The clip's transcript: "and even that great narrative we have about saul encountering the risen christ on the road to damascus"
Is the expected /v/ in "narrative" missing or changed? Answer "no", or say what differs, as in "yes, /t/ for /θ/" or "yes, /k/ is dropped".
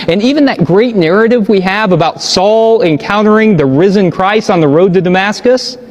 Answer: no